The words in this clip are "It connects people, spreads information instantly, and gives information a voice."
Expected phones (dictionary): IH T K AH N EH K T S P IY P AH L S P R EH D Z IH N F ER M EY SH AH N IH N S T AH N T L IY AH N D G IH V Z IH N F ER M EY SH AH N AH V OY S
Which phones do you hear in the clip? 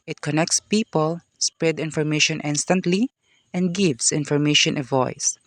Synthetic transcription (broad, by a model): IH T K AH N EH K T S P IY P AH L S P R EH D IH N F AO M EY SH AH N IH N S T AH N T L IY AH N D G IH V S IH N F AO M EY SH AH N AH V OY S